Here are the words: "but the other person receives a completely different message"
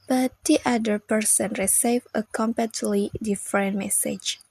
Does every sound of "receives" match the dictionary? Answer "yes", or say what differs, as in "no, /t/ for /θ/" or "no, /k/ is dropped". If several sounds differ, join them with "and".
no, /z/ is dropped